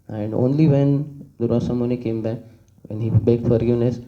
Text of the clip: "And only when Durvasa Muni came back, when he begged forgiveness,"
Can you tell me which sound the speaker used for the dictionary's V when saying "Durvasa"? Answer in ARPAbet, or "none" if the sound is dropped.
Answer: none